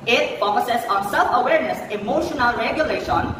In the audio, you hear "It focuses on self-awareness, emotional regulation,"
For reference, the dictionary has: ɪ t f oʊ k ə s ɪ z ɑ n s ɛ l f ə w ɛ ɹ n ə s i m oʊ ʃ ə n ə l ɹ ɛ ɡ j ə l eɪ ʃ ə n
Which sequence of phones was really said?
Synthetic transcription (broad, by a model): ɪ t p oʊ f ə s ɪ s ɑ n s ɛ l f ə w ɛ ɹ n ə s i m oʊ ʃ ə n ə l ɹ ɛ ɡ j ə l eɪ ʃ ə n